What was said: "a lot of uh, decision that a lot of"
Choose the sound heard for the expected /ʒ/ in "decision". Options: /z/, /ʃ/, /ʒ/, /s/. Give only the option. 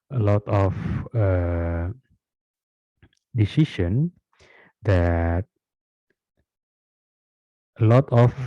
/ʃ/